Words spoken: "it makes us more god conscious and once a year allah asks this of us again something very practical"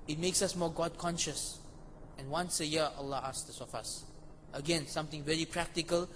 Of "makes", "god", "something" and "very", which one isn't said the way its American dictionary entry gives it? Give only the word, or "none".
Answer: something